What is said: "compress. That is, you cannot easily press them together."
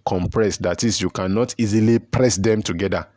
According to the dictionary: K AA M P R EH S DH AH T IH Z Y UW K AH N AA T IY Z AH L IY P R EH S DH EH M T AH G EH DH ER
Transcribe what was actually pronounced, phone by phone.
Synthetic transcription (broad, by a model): K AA M P R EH S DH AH T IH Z Y UW K AH N AA T IY Z AH L IY P R EH S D EH M T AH G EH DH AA